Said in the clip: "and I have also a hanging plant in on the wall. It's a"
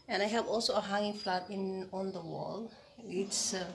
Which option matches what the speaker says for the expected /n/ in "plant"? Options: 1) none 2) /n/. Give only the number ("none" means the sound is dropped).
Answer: 1